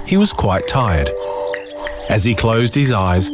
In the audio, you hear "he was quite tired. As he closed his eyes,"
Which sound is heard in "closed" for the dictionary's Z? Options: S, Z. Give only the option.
Z